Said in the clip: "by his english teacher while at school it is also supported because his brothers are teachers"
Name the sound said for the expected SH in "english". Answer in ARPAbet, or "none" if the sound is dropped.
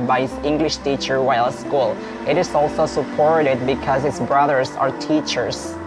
SH